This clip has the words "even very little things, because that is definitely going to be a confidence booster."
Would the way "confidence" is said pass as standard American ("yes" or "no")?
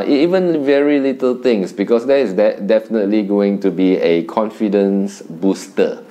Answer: yes